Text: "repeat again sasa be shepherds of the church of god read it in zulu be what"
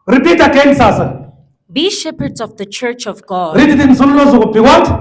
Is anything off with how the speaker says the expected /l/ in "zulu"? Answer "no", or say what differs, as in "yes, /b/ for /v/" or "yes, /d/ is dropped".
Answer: yes, /w/ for /l/